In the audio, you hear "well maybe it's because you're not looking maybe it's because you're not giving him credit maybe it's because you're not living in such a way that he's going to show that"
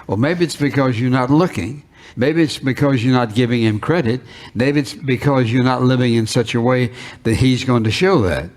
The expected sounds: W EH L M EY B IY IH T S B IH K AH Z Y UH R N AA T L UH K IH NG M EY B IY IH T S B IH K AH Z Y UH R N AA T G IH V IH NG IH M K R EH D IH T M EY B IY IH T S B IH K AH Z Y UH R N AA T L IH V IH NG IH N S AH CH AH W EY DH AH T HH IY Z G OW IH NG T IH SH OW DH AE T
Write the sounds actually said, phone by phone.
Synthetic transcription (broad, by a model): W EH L M EY B IY IH T S B IH K AH Z Y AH R N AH T L UH K IH NG M EY B IY IH T S B IH K AH Z Y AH R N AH T G IH V IH NG IH M K R EH D IH T M EY B IY IH T S B IH K AH Z Y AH R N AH T L IH V IH NG IH N S AH CH AH W EY DH AH T HH IY Z G OW IH NG T IH SH OW DH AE T